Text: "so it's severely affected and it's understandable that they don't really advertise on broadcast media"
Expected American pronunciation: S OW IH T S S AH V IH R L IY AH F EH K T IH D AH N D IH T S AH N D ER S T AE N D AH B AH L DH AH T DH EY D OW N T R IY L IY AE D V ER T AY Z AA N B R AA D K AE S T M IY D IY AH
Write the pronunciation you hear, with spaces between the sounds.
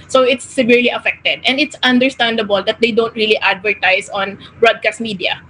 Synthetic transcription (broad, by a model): S OW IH T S S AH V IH R L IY AH F EH K T IH D AH N D IH T S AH N D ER S T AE N D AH B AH L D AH T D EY D OW N T R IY L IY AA D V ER T AY S AA N B R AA D K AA S T M IY D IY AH